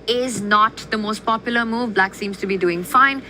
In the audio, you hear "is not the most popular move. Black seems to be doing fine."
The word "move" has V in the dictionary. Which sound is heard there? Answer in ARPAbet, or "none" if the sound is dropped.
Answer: V